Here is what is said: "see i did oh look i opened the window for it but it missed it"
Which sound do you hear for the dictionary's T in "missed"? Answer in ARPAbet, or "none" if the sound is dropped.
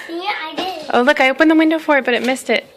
T